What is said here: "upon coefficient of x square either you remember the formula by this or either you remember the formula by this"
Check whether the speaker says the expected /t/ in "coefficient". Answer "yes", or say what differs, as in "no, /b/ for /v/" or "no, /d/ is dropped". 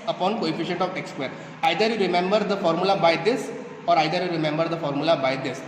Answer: yes